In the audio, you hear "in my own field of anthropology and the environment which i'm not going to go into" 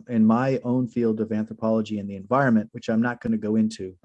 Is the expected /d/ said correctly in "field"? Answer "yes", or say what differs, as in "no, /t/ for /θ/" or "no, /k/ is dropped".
yes